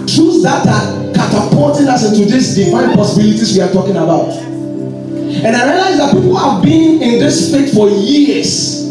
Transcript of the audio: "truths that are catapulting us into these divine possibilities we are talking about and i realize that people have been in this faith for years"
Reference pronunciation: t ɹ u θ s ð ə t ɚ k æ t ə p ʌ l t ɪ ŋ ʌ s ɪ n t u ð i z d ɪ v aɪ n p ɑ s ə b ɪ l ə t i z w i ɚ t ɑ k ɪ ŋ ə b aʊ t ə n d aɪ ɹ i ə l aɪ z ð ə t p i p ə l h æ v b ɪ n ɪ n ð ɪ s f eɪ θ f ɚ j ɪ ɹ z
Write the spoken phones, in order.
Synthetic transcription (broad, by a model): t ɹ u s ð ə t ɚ k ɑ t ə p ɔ t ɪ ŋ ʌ s ɪ n t u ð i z d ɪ f aɪ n p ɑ s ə b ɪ l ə t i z w i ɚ t ɑ k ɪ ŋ ə b aʊ t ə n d aɪ ɹ i ə l aɪ z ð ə t p i p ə l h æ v b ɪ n ɪ n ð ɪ s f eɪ t f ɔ j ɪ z